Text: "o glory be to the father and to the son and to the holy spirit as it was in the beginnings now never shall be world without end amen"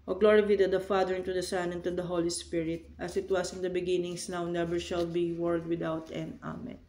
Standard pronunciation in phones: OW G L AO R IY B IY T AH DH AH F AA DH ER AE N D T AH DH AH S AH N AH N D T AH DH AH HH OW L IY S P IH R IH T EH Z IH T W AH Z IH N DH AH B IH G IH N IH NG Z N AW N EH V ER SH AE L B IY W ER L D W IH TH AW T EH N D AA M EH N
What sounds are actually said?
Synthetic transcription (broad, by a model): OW G L AO R IY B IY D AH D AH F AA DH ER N T AH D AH S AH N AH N T AH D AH HH OW L IY S P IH R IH T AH S IH T W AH S IH N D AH B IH G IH N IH NG S N AW N EH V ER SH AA L B IY W ER L D W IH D AW T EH N AA M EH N